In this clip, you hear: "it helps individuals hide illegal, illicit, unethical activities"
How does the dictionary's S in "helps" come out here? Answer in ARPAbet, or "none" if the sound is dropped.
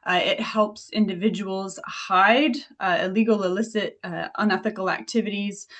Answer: S